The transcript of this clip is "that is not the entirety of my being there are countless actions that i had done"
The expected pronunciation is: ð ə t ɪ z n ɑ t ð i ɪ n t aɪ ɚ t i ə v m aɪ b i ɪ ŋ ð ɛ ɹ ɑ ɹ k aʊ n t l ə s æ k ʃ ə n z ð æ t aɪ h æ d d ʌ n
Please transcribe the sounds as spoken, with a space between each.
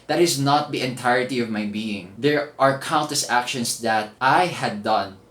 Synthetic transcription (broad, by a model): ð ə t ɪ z n ɑ t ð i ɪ n t aɪ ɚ t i ə v m aɪ b i ɪ ŋ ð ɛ ɹ ɑ ɹ k aʊ n t ə s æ k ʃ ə n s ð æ t aɪ h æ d d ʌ n